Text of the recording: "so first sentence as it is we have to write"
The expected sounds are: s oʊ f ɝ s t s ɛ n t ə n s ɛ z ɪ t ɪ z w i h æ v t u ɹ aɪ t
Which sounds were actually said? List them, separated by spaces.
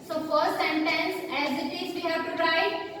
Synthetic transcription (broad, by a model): s oʊ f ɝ t s ɛ n t ə n s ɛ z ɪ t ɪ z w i h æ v t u ɹ aɪ